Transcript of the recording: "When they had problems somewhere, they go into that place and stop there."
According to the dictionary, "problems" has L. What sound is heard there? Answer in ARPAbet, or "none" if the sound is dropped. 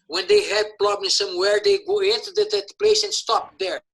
N